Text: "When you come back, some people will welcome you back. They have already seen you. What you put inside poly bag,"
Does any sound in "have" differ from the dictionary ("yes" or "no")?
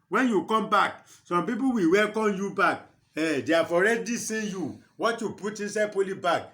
yes